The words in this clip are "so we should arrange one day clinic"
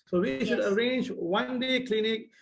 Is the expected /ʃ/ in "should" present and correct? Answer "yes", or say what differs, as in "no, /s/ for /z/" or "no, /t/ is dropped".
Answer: yes